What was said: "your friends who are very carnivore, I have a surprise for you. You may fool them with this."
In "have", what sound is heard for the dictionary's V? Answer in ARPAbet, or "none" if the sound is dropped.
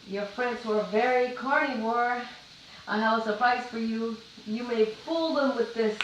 W